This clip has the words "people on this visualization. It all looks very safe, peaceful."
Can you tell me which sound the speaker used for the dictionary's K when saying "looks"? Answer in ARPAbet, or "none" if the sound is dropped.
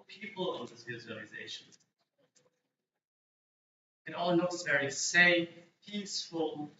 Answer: none